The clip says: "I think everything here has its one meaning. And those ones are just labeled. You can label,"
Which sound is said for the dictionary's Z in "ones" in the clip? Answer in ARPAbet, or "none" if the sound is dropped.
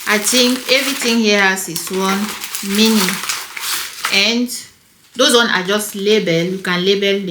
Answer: none